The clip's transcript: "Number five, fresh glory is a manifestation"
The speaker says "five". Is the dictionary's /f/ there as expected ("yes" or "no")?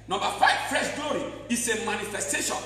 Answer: yes